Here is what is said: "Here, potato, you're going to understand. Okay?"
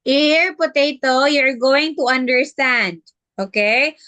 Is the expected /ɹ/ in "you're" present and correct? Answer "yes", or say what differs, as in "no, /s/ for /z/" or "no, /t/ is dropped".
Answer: yes